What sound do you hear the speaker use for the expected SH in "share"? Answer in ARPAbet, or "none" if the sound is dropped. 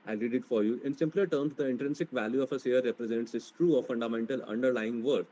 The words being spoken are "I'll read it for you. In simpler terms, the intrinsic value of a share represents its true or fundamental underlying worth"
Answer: S